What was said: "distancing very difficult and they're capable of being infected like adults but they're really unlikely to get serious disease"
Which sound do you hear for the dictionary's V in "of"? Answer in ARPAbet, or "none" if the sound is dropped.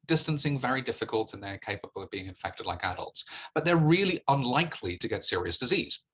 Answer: V